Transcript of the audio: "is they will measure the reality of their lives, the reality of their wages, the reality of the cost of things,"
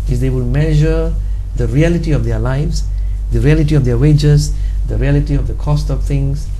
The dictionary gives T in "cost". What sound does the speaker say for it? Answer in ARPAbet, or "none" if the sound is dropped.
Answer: T